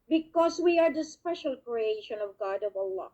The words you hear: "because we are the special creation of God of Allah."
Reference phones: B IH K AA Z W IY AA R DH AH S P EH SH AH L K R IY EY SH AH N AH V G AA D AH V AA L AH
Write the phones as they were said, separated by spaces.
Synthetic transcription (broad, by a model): B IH K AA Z W IY AA R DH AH S P EH SH AH L K R IY EY SH AH N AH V G AA D AH V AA L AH